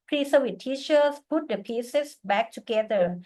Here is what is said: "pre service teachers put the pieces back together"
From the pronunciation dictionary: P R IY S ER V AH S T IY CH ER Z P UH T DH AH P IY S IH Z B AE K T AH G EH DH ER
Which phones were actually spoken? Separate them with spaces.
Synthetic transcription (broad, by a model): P R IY S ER W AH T T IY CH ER S P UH T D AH P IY S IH S B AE K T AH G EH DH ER